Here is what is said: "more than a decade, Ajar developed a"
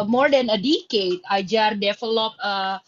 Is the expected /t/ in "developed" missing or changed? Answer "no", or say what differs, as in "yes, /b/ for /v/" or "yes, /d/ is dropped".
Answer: yes, /t/ is dropped